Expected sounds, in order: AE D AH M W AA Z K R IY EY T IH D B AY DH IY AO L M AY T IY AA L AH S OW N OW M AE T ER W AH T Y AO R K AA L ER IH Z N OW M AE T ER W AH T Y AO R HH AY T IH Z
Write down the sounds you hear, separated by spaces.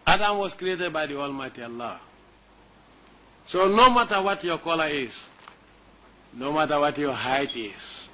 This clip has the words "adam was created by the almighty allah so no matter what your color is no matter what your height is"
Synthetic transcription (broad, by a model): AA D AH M W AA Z K R IY EY T IH D B AY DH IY AO L M AY T IY AA L AH S OW N OW M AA T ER W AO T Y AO K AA L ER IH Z N OW M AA T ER W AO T Y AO HH AY T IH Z